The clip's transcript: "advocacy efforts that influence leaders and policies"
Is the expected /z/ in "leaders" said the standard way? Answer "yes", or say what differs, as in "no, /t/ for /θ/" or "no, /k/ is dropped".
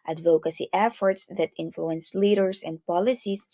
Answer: no, /s/ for /z/